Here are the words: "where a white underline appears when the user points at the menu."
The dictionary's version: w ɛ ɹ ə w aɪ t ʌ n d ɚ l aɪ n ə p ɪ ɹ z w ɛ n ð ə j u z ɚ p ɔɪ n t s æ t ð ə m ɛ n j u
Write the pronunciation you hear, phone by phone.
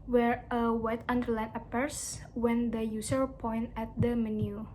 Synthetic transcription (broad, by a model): w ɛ ɹ ə w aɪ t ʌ n d ɚ l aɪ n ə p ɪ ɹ s w ɛ n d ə j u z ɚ p ɔɪ n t æ t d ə m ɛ n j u